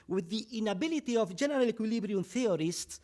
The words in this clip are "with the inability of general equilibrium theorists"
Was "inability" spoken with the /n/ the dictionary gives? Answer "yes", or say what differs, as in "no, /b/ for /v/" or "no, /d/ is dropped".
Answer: yes